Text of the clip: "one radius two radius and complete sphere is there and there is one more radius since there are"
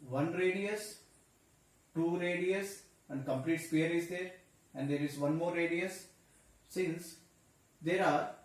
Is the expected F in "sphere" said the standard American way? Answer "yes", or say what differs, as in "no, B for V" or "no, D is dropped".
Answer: no, P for F